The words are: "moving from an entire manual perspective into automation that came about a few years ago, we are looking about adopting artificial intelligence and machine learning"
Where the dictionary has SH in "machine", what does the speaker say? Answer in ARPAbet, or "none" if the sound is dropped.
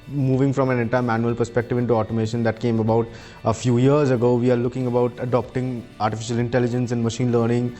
SH